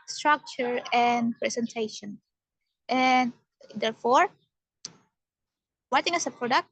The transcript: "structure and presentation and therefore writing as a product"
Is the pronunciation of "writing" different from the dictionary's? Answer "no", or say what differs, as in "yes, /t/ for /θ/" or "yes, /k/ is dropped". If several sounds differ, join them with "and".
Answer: yes, /w/ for /ɹ/